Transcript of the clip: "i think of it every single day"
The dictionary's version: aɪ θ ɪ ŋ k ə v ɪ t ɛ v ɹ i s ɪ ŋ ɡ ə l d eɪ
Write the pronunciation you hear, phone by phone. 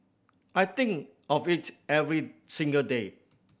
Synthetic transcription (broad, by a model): aɪ t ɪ ŋ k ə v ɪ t ɛ v ɹ i s ɪ ŋ ɡ ə l d eɪ